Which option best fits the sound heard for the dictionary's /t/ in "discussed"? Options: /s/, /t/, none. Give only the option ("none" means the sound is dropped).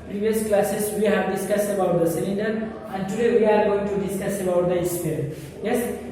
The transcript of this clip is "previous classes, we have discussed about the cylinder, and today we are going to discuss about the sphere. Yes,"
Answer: none